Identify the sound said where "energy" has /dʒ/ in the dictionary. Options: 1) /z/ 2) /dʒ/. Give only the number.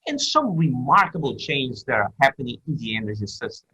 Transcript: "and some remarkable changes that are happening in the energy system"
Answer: 1